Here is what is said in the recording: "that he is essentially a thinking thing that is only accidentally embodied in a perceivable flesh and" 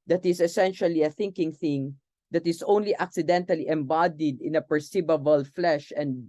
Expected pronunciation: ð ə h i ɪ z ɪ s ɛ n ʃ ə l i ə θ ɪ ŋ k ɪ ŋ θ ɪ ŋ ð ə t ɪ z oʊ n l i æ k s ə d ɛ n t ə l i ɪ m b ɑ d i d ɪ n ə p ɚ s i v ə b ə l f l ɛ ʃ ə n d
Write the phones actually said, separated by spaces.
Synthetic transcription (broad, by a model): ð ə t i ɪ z ɪ s ɛ n ʃ ə l i ə θ ɪ ŋ k ɪ ŋ θ ɪ ŋ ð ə t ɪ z oʊ n l i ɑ k s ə d ɛ n t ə l i ɪ m b ɑ d i d ɪ n ə p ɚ s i b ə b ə l f l ɛ ʃ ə n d